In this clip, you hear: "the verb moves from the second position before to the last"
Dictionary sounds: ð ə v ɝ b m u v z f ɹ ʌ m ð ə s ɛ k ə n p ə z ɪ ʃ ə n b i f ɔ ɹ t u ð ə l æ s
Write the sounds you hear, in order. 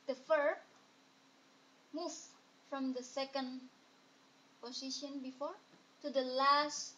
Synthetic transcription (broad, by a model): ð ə f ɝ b m u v f ɹ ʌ m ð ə s ɛ k ə n p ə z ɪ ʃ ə n b i f ɔ ɹ t u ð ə l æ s